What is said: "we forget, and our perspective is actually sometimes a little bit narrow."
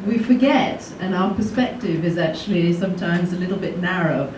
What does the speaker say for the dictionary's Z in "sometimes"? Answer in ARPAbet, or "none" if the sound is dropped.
Z